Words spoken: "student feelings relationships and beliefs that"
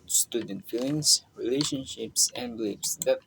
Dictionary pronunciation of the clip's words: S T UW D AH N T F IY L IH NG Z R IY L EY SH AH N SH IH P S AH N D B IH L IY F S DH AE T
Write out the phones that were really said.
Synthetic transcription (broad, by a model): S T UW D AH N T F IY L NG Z R IY L EY SH AH N SH IH P S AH N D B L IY P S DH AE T